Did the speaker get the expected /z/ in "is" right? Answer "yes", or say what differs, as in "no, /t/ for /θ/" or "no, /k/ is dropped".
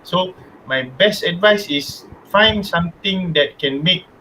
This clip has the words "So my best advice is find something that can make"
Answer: no, /s/ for /z/